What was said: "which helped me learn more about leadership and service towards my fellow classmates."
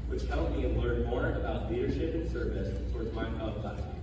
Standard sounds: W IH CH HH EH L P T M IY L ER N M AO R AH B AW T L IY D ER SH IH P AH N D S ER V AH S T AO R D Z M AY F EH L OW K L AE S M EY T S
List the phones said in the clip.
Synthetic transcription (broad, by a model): W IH CH HH EH L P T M IY L ER N M AO R AH B AW T L IY D ER SH IH P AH N S ER V AH S T AO R D Z M AY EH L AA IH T